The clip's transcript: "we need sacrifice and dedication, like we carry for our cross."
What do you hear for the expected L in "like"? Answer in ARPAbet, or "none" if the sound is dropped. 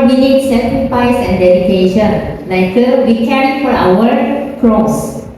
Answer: N